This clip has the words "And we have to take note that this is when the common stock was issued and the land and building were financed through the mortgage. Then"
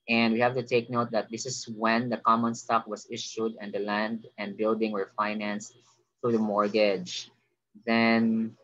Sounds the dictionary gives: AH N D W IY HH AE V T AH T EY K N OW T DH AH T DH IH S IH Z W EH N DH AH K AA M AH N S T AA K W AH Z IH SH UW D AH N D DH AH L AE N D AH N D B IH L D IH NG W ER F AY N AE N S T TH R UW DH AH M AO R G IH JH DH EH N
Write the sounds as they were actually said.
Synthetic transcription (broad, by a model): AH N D W IY HH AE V T AH T EY K N OW T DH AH T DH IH S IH S W EH N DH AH K AA M AH N S T AA K W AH S IH SH UW D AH N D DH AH L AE N D AH N D B IH L D IH NG W ER F AY N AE N S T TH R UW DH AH M AO R G IH JH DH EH N